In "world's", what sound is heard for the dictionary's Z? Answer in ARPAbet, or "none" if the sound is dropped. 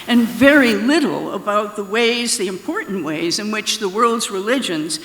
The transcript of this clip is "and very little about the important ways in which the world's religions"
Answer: Z